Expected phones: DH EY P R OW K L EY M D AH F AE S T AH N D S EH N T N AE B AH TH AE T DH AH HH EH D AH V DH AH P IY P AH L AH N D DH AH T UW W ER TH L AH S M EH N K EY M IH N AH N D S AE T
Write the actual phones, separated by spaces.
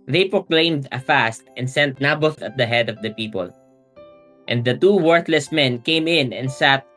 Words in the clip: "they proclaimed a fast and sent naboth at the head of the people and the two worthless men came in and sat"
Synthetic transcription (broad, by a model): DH EY P R OW K L EY M D AH F AE S T AH N D S EH N T N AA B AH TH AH T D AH HH EH D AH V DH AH P IY P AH L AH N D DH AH T UW W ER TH L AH S M EH N K EY M IH N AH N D S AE T